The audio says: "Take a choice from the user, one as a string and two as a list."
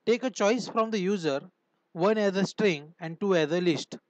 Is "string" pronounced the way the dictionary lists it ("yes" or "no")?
yes